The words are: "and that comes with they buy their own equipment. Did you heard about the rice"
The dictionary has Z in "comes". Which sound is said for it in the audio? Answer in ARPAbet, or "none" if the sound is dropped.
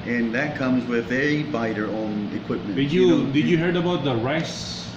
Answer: Z